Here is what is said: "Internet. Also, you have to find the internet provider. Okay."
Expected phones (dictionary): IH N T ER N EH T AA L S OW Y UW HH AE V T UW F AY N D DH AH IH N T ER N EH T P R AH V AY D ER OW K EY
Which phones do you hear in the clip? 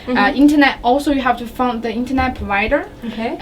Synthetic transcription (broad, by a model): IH N T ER N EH T AA L S OW Y UW HH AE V T UW F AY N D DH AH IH N T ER N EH T P R AH V AY D ER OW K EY